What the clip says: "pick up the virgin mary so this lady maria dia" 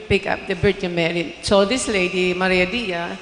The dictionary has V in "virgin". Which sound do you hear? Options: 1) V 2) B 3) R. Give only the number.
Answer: 2